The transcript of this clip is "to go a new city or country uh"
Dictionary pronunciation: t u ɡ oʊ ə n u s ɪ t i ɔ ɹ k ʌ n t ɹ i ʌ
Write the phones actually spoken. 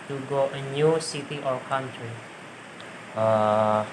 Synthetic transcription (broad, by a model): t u ɡ oʊ ə n u s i t i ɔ l k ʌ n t ɹ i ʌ